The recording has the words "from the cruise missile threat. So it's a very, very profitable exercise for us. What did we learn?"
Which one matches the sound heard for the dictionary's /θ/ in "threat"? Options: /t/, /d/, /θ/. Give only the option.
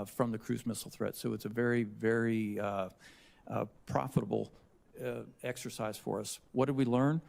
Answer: /θ/